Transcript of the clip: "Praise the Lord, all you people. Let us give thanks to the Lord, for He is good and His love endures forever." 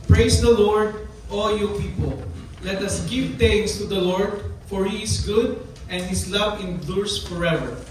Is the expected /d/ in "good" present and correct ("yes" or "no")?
yes